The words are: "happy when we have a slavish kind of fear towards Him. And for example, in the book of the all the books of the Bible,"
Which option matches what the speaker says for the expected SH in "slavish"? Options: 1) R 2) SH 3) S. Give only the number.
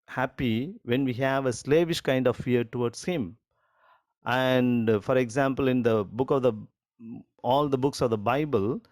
2